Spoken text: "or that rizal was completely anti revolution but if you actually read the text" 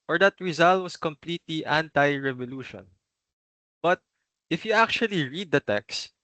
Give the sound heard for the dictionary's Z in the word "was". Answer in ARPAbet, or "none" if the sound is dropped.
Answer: S